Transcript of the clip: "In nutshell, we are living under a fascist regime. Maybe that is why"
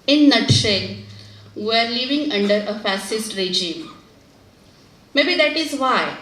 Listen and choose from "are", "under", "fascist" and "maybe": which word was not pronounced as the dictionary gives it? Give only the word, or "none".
fascist